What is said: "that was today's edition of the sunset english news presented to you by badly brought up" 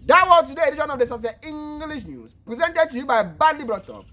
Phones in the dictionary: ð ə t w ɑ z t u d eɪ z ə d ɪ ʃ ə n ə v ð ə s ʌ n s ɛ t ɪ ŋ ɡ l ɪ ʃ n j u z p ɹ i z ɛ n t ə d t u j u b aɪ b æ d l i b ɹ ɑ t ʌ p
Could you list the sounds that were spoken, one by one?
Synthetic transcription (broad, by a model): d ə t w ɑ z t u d eɪ ə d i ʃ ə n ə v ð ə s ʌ s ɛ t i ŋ ɡ l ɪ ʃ n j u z p ɹ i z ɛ n t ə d t u j u b aɪ b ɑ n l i b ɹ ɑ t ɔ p